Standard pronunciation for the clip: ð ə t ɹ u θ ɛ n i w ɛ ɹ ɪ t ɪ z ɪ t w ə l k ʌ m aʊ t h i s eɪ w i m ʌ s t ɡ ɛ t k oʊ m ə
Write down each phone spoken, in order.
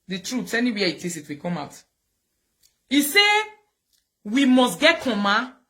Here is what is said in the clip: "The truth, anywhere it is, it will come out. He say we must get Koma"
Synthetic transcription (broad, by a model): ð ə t ɹ u s ɛ n i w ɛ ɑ ɪ t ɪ s ɪ t w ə k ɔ m aʊ t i s eɪ w i m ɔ s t ɡ ɛ t k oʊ m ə